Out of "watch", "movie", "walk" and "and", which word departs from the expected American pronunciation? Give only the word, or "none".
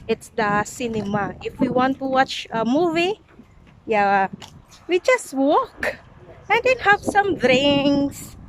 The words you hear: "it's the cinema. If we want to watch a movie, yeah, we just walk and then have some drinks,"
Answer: none